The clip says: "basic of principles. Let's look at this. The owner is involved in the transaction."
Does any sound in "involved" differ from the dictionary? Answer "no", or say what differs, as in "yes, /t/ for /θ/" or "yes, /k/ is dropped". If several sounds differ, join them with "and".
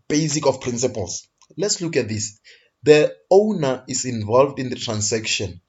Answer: no